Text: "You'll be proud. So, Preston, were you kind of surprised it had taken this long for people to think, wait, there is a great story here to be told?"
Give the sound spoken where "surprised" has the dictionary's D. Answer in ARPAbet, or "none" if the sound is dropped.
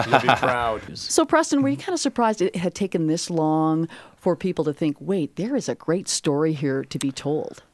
D